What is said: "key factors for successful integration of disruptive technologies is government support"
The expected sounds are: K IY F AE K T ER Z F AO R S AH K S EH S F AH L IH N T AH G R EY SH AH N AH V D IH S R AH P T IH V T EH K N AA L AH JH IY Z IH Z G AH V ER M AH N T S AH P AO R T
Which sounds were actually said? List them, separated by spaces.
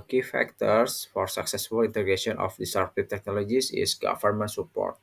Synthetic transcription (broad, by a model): K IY F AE K T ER S F AO R S AH K S EH S F AH L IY N T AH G R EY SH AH N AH F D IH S AH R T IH P T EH K N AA L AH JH IY S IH S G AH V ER M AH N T S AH P AO R T